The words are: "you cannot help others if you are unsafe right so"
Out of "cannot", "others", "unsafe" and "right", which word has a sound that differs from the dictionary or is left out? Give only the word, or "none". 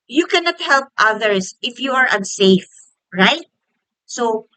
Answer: others